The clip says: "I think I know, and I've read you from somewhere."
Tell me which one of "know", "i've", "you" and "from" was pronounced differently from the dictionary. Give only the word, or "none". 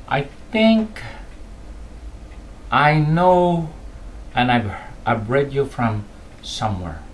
i've